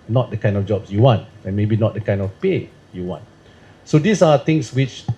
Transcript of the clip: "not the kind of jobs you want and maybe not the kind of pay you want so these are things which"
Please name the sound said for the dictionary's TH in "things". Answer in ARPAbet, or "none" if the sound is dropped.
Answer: T